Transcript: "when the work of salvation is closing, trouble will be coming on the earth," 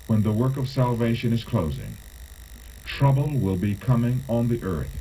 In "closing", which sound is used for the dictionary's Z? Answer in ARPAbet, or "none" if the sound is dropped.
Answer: Z